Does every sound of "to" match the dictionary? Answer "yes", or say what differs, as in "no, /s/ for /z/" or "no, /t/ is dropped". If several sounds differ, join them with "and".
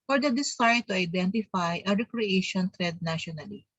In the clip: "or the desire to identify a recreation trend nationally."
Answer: yes